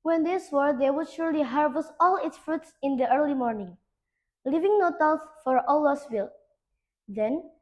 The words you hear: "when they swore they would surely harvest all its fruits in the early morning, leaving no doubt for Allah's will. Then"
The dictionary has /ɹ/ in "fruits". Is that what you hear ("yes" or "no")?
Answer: yes